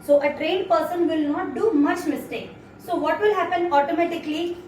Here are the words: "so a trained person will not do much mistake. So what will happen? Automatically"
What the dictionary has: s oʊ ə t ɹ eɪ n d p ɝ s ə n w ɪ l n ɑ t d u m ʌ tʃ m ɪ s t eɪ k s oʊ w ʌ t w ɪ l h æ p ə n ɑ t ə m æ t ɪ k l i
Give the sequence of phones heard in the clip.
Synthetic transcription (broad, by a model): s oʊ ə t ɹ eɪ d p ɝ s ə n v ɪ l n ɑ t d u m ʌ tʃ m ɪ s t eɪ k s oʊ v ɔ t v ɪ l h æ p ə n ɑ t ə m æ t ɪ k l i